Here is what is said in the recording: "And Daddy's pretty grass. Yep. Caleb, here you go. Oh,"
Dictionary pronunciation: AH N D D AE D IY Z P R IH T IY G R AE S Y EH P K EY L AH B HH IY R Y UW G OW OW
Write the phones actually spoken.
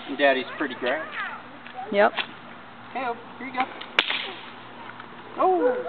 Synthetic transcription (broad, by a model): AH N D D AE D IY Z P R IH T IY G R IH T Y EH P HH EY AH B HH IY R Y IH G OW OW